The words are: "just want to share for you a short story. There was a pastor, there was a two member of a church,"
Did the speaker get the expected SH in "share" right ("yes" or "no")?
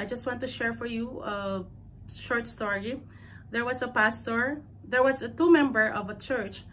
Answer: yes